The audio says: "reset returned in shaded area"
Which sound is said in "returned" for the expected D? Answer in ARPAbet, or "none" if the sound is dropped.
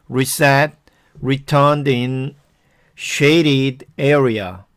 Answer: D